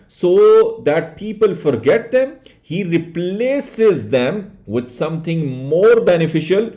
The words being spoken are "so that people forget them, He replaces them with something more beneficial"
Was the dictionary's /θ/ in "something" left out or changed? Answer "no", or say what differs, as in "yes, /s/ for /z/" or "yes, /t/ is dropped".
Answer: yes, /t/ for /θ/